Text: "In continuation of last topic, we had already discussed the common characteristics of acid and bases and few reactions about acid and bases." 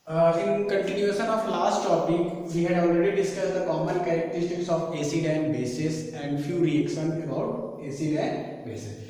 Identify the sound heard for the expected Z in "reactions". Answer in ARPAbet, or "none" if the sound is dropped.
none